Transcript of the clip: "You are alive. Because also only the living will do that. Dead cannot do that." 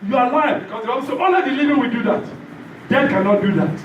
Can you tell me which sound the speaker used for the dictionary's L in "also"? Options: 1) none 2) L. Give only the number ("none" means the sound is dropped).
1